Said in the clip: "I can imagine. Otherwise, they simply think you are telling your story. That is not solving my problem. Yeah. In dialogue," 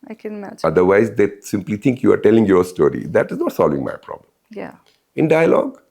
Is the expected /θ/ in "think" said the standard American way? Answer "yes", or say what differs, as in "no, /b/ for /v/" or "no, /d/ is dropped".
no, /t/ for /θ/